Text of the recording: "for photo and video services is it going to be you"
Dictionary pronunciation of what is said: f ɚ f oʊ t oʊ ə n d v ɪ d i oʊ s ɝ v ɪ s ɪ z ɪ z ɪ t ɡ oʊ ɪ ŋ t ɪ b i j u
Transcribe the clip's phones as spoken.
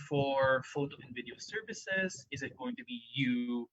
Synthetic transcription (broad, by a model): f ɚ f oʊ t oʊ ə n d v ɪ d i oʊ s ɝ v ɪ s ɪ z ɪ z ɪ t ɡ oʊ ɪ ŋ t ɪ b i j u